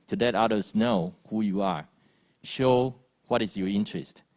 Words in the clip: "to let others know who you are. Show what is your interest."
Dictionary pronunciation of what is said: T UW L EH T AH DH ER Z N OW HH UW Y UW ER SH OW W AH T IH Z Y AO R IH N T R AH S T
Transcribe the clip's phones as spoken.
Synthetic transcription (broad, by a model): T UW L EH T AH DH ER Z N OW HH UW Y UW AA SH OW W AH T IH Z Y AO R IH N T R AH S T